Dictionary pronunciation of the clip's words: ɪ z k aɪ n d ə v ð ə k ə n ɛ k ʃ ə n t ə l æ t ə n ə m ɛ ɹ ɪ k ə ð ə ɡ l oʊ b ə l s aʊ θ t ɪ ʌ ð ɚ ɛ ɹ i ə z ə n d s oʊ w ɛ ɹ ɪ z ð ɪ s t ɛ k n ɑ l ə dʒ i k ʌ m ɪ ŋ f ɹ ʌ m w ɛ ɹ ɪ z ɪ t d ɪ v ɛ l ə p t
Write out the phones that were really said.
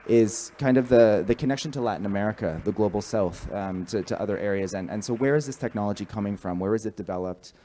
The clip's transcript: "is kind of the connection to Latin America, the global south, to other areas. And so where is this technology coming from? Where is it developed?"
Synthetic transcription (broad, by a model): ɪ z k aɪ n d ə v ð ə k ə n ɛ k ʃ ə n t ə l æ t n ə m ɛ ɹ ɪ k ə ð ə ɡ l oʊ b l s aʊ θ t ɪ ʌ ð ɚ ɛ ɹ i ə z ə n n s oʊ w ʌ ɹ ɪ z ð ɪ s t ɛ k n ɑ l ə dʒ i k ʌ m ɪ ŋ f ɹ ʌ m w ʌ ɹ ɪ z ɪ t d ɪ v ɛ l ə p t